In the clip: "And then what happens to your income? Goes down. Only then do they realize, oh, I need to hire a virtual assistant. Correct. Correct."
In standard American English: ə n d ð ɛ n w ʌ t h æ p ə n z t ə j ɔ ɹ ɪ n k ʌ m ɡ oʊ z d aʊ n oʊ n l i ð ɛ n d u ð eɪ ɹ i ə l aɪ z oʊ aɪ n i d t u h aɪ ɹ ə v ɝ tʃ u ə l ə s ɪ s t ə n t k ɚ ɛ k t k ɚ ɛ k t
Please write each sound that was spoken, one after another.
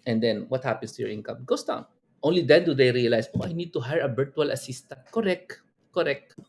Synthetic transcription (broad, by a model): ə n d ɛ n w ʌ t h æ p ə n s t ə j ɔ ɹ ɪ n k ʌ m ɡ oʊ s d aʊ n oʊ n l i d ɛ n d u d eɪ ɹ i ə l aɪ s oʊ aɪ n i d t u h aɪ ɹ ə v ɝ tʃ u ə l ə s ɪ s t ə n t k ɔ ɛ k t k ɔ ɛ k t